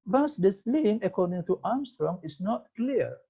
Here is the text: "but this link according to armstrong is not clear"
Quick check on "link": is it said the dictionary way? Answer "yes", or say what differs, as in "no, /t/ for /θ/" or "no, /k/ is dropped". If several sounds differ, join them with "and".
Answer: no, /k/ is dropped